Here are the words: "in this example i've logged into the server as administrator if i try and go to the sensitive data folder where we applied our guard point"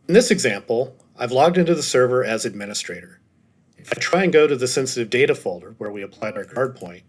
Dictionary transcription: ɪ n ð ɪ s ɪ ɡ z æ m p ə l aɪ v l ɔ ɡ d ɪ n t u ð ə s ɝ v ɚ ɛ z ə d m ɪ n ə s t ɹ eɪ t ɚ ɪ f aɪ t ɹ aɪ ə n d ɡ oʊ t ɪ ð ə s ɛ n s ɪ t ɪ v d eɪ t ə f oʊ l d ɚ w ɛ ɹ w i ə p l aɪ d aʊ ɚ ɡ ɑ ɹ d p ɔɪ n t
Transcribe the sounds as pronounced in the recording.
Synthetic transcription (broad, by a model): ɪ n ð ɪ s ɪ ɡ z æ m p l aɪ v l ɔ ɡ d ɪ n t u ð ə s ɝ v ɚ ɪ z ə d m ɪ n ə s t ɹ eɪ t ɚ ɪ f aɪ t ɹ aɪ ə n ɡ oʊ t ɪ ð ə s ɛ n s ɪ t ɪ v d eɪ t ə f oʊ l d ɚ w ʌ ɹ w i ə p l aɪ d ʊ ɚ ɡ ɑ ɹ d p ɔɪ n t